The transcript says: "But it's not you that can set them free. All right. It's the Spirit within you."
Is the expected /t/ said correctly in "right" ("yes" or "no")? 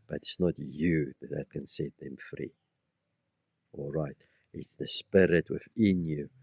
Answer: yes